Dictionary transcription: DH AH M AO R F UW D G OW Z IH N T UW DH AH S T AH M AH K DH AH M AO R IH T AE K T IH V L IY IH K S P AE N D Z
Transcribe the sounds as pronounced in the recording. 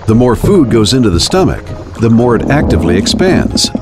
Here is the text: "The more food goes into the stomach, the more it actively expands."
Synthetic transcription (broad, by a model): DH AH M AO R F UW D G OW Z IH N T UW DH AH S T AH M AH K DH AH M AO R IH T AE K T IH V L IY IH K S P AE N D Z